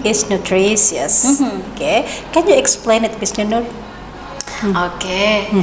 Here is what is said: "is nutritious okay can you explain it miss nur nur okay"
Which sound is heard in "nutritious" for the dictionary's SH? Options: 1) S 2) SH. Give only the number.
1